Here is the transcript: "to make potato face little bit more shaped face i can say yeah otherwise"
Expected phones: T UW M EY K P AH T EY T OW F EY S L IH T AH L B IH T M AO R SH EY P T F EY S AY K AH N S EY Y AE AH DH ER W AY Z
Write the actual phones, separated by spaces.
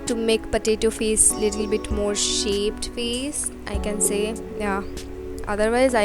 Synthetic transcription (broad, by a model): T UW M EY K P AH T EY T OW F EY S L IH T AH L B IH T M AO R SH EY P T F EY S AY K AH N S EY Y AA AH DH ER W AY Z